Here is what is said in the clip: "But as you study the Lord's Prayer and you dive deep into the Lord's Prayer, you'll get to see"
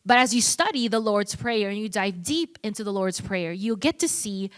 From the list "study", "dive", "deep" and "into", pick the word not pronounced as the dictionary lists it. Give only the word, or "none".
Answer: none